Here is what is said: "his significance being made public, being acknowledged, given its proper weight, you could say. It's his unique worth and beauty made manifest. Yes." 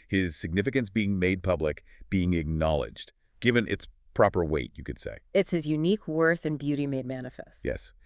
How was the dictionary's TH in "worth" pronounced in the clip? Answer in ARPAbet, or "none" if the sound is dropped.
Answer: TH